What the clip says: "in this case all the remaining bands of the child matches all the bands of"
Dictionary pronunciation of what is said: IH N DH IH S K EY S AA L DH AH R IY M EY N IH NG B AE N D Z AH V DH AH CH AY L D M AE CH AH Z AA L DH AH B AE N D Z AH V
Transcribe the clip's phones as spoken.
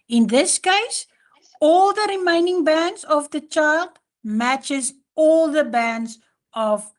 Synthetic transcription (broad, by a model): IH N DH IH S K EY S AA L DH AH R IY M EY N IH NG B AE N D Z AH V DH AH CH AY L D M AE CH AH Z AA L DH AH B AE N D Z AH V